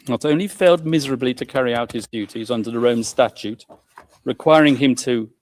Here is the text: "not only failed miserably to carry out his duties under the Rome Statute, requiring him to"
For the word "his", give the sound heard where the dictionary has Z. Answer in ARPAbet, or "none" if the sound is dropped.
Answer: Z